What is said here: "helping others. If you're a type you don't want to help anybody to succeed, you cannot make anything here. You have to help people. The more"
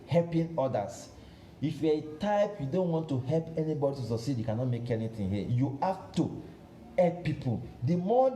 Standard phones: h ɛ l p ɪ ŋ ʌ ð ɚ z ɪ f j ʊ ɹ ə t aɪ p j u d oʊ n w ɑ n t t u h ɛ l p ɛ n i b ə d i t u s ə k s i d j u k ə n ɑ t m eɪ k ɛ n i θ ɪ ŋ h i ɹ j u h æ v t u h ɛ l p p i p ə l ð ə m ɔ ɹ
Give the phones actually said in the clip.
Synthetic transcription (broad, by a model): h ɛ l p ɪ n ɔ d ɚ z ɪ f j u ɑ ə t aɪ p j u d oʊ n w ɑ n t t u h ɛ l p ɛ n i b ə d i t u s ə s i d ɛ k ə n ɑ t m eɪ k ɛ n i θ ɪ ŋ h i j u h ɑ f t u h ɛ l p p i p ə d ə m ɔ